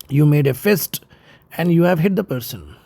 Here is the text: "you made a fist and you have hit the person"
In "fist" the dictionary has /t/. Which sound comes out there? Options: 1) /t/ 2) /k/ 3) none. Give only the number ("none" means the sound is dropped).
1